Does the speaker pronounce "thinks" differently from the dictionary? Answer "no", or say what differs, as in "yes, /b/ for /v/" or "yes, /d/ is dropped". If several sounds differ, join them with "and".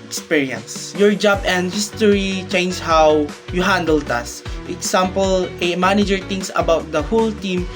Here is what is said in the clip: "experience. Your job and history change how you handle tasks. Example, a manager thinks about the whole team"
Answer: yes, /t/ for /θ/ and /k/ is dropped